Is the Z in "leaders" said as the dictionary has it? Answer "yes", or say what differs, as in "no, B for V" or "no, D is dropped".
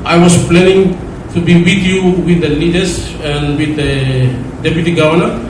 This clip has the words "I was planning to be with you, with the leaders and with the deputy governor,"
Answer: no, S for Z